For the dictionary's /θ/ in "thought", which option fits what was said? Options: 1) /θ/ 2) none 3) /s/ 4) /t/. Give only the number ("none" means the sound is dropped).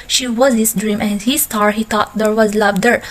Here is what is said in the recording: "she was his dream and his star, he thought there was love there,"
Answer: 4